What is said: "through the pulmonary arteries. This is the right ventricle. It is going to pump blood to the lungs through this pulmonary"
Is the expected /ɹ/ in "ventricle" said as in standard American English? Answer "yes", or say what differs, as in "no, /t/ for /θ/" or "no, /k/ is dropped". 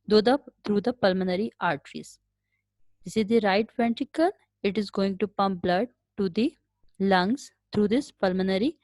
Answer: no, /ɹ/ is dropped